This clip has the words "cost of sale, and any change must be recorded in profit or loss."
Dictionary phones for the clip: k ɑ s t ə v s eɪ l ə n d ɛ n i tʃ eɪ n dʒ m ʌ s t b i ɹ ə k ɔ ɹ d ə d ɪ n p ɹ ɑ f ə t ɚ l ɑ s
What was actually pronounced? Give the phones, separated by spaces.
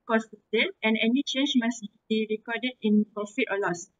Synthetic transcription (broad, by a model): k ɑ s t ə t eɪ n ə n ɛ n i tʃ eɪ n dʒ m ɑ s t b i ɹ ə k ɔ d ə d ɪ n p ɹ ɑ f ə t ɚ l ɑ s